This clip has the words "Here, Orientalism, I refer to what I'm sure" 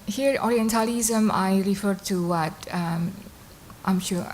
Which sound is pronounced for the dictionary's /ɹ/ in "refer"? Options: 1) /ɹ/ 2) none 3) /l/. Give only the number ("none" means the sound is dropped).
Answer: 1